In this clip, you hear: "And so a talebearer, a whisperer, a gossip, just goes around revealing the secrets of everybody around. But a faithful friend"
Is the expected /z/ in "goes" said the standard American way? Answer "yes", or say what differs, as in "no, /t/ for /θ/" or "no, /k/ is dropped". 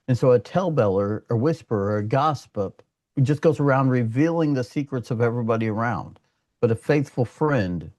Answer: yes